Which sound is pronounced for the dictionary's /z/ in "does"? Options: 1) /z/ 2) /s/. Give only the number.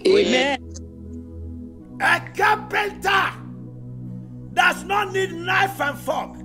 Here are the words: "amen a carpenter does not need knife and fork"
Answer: 2